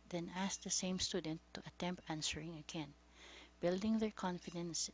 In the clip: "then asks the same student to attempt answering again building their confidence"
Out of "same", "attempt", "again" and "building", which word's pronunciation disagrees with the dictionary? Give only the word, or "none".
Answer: none